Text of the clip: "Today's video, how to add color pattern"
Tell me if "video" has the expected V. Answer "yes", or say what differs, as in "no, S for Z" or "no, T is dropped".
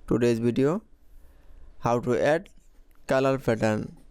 no, B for V